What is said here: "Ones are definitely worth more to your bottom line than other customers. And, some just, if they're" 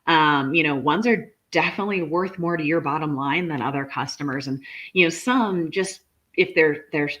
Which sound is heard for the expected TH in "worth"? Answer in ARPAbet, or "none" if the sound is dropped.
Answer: TH